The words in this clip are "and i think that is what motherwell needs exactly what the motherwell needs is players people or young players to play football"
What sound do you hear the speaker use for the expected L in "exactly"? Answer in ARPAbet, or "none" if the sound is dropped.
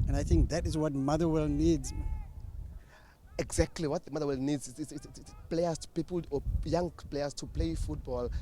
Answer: L